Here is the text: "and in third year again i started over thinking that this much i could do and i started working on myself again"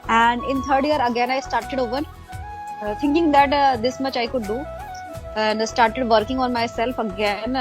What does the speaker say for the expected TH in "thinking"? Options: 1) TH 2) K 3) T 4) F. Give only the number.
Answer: 3